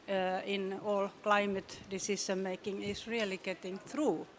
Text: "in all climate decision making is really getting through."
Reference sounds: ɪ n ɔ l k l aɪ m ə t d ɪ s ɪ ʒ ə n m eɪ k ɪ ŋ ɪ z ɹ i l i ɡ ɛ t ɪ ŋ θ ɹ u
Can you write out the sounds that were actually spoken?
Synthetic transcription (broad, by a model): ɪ n ɔ l k l aɪ m ə t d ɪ s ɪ ʃ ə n m eɪ k ɪ ŋ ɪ s ɹ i l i ɡ ɛ t ɪ ŋ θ ɹ u